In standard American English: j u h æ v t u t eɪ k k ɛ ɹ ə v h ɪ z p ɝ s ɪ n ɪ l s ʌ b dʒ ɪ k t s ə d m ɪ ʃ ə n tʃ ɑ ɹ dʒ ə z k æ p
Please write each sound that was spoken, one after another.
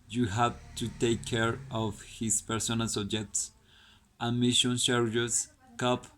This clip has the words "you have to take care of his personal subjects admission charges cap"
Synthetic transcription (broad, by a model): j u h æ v t u t eɪ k k ɛ ɹ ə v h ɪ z p ɝ s ɪ n ɪ l s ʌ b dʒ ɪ k t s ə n m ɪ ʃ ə n ʃ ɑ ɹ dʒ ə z k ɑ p